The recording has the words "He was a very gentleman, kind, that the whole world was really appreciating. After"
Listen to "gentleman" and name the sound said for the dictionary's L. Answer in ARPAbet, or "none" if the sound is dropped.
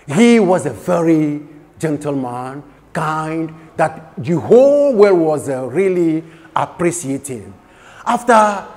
L